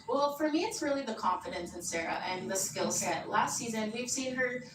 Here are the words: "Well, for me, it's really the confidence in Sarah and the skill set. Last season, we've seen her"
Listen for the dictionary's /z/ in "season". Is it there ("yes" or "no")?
yes